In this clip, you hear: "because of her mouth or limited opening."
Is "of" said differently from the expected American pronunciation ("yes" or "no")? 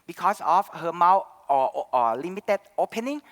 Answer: yes